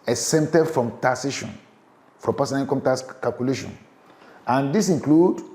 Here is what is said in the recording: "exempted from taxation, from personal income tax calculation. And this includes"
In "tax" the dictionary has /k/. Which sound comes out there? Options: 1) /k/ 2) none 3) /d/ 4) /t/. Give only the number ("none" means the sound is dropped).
2